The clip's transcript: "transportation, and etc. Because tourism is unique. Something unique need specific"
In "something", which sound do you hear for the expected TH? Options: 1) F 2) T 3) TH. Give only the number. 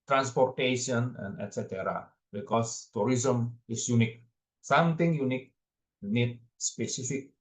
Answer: 2